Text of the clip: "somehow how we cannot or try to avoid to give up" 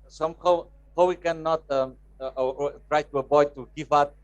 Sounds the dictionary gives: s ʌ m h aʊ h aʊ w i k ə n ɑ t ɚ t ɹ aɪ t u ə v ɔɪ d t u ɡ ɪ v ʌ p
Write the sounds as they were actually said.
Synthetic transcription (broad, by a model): s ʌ m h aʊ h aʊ w i k ə n ɑ t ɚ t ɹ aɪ t u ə b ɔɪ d t u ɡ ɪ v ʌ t